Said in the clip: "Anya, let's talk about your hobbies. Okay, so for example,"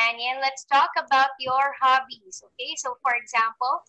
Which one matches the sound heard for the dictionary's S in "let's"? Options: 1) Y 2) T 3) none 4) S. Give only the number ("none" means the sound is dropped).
4